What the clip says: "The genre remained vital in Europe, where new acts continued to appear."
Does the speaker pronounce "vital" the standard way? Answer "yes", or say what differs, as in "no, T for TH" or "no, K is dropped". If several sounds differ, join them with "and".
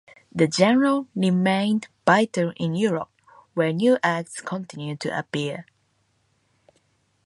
no, B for V